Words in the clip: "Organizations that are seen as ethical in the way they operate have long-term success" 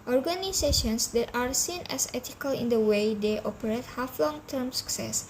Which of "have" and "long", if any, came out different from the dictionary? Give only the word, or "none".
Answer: have